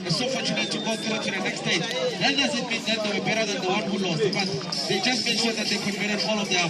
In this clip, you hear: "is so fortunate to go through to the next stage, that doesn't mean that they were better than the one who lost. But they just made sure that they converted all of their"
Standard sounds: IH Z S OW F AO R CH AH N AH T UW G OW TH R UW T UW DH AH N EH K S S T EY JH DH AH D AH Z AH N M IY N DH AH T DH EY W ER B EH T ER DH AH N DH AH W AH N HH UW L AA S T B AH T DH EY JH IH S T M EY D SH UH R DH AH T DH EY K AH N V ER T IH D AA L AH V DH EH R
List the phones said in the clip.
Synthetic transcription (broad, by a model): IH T S OW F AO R CH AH N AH T UW G OW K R T UW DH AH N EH K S S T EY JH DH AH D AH S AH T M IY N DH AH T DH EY W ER B EH T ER DH AH N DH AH W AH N HH UW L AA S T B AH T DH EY JH IH S T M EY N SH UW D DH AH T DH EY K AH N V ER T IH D AA L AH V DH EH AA